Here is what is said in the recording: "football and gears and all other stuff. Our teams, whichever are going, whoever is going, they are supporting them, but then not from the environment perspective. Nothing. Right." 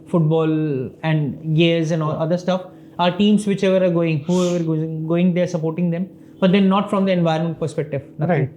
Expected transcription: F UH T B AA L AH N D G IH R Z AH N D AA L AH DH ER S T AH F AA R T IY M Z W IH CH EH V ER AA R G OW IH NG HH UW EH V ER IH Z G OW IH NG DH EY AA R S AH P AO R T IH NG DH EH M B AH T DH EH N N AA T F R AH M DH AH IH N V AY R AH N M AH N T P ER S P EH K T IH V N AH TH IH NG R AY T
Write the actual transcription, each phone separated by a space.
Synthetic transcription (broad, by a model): F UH T B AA L AH N D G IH R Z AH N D AA L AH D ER S T AH F AA R T IY M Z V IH CH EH V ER AA R G OW IH NG HH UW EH V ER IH G OW IH NG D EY AA R S AH P AO R T IH NG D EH M B AH T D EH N N AA T F R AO M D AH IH N V AY AH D M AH N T P ER S P EH K T IH V N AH T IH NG